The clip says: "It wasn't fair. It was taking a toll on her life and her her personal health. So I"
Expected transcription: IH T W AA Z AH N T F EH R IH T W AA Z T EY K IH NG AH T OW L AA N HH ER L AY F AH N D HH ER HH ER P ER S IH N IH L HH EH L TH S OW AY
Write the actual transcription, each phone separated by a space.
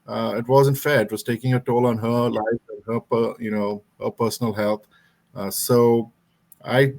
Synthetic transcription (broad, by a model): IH T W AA Z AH N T F EH R IH T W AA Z T EY K IH NG AH T OW L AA N HH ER L AY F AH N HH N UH HH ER P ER S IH N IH L HH EH L T S OW AY